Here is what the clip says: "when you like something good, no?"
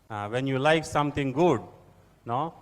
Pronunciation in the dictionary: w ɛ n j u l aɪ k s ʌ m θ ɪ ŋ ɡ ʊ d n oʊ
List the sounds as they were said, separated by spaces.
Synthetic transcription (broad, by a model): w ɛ n j u l aɪ k s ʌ m t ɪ ŋ ɡ ʊ d n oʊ